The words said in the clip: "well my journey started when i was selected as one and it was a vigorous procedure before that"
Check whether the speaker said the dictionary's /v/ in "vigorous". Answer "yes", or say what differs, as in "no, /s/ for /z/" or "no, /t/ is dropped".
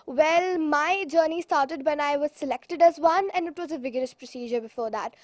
yes